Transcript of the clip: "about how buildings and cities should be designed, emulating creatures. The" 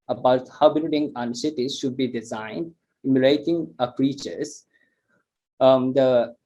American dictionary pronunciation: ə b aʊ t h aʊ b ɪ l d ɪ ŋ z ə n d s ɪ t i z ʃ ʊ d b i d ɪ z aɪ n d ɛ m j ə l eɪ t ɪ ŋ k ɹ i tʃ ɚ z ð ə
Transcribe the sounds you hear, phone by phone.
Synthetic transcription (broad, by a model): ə b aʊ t h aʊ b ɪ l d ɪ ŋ ə n d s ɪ t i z ʃ ʊ d b i d ɪ z aɪ n d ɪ m j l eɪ t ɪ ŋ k ɹ i tʃ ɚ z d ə